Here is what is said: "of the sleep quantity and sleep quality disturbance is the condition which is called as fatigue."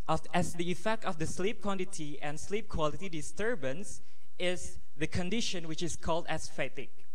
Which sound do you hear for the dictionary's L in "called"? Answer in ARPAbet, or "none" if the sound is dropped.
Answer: L